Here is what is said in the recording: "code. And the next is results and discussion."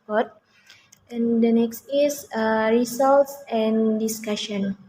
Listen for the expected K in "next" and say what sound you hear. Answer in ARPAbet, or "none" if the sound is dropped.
K